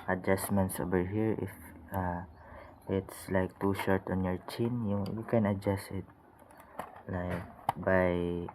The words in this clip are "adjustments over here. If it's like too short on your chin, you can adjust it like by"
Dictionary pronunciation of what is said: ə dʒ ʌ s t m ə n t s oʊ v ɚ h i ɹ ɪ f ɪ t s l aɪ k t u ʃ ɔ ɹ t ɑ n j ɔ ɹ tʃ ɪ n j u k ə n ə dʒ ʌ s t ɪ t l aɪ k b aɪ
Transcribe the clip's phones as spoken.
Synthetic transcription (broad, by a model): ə dʒ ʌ s m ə n t s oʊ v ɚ h i ɹ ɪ f ɪ t s l aɪ k t u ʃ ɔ ɹ t ɑ n j ɔ ɹ tʃ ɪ n j u k ə n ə dʒ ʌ s ɪ t l aɪ k b aɪ